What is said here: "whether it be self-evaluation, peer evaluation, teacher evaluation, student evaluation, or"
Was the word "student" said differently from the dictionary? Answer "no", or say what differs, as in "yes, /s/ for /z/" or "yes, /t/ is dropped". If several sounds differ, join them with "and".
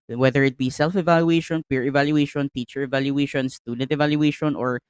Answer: yes, /n/ is dropped